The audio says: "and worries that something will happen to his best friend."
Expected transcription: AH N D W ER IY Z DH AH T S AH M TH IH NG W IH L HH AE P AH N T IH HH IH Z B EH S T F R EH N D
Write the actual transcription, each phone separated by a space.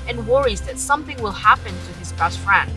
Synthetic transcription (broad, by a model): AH N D W ER IY Z DH AH T S AH M TH IH NG W IH L HH AE P AH N T IH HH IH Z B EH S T F R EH N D